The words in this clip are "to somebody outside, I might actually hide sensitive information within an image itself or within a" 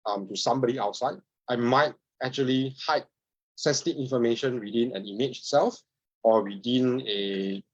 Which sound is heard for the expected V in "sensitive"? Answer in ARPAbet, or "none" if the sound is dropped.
none